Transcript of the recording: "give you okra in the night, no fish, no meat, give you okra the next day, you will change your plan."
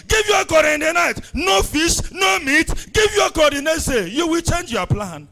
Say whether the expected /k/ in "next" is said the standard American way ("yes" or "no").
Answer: no